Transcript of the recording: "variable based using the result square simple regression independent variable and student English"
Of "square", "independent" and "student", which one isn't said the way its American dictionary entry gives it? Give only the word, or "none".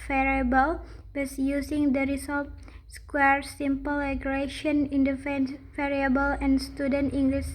independent